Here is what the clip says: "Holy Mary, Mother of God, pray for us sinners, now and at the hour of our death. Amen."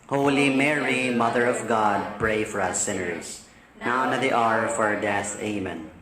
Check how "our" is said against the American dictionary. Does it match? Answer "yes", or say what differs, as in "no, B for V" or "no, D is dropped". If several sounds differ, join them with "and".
yes